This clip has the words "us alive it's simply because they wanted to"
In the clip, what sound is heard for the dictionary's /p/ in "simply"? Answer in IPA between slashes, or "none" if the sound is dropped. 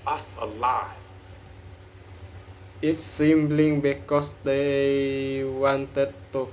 /b/